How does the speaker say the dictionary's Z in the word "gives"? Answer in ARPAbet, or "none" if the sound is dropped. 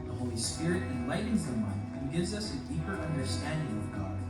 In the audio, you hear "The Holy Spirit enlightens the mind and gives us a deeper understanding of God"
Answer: Z